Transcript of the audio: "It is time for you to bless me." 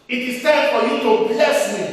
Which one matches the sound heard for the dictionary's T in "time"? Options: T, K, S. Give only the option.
S